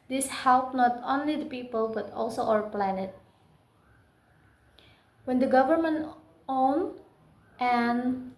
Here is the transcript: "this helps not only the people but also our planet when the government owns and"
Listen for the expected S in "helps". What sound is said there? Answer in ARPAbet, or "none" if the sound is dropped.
none